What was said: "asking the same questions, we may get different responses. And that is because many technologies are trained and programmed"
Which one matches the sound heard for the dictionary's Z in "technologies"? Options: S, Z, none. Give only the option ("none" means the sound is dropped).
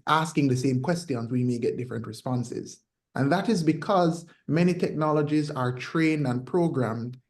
Z